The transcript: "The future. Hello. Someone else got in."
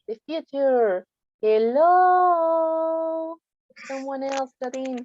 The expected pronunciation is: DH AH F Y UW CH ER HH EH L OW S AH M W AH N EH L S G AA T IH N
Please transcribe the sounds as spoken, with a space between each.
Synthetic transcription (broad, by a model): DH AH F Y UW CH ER HH EH L OW S AH M W AH N EH L S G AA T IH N